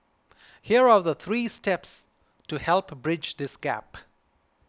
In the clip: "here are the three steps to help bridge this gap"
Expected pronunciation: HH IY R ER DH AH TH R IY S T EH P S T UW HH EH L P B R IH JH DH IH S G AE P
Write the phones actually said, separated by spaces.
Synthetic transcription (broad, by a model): HH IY R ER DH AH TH R IY S T EH P S T UW HH EH L P B R IH JH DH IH S G AE P